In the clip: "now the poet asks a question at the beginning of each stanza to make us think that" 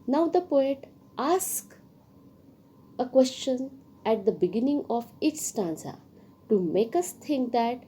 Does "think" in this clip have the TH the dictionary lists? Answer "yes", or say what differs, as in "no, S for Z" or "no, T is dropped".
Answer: no, T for TH